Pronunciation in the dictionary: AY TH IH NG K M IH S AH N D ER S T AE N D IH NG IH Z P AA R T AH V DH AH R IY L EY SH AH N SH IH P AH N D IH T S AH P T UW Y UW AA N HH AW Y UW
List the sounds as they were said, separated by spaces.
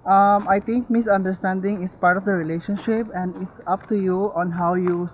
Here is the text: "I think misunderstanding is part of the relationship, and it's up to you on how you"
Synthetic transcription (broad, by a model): AY T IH NG K M IH S AH N D ER S T AE N D IH NG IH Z P AA R T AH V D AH R IY L EY SH AH N SH IH P AH N D IH T S AH P T UW Y UW AA N HH AW Y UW